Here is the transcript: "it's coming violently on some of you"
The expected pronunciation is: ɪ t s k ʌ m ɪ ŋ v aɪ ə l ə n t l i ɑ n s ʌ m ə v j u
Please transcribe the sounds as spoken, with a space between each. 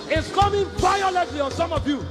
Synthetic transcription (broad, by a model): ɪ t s k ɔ m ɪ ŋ p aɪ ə l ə t l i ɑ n s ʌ m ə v j u